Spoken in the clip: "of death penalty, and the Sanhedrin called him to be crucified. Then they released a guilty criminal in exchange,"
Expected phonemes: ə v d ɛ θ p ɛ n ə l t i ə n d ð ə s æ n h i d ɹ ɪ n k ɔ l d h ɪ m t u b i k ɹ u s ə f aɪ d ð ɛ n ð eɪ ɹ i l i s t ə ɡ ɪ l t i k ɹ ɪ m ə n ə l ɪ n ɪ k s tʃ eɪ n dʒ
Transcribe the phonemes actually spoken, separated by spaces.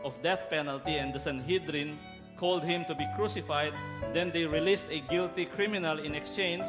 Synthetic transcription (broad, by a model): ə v d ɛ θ p ɛ n ə l t i ə n d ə s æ n h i d ɹ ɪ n k ɔ l d h ɪ m t u b i k ɹ u s ə f aɪ d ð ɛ n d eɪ ɹ i l i s t ə ɡ ɪ l t i k ɹ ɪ m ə n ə l ɪ n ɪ k s tʃ eɪ n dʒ